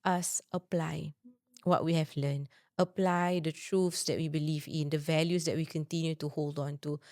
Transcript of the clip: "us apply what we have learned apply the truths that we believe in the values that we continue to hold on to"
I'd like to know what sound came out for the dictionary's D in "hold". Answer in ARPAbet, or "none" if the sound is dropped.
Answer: D